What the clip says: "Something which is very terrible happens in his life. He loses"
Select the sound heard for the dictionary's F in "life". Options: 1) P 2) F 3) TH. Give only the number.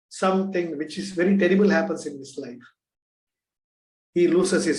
2